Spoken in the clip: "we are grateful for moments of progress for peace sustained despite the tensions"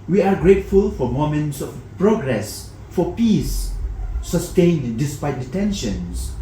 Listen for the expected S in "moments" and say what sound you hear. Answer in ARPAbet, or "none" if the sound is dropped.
S